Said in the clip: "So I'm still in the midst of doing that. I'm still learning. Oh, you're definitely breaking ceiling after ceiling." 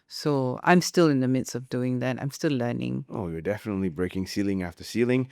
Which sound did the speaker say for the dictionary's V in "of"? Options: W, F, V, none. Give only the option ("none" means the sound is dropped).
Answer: V